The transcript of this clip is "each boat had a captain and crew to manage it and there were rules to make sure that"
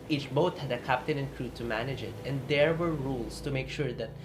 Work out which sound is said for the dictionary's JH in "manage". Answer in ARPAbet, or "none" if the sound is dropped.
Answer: JH